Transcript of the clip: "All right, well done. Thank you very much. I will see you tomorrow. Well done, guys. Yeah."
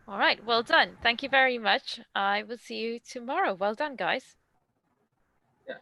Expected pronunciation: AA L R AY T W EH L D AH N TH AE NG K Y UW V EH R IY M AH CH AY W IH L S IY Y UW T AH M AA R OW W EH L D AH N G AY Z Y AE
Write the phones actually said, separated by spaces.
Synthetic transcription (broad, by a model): AA L R AY T W EH L D AH N TH AE NG K Y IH V EH R IY M AH CH AY W IH L S IY Y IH T AH M AA R OW W EH L D AH N G AY Z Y